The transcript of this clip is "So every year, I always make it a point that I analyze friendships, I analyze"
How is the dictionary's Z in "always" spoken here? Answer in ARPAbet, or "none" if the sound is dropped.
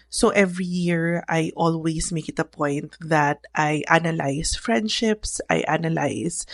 S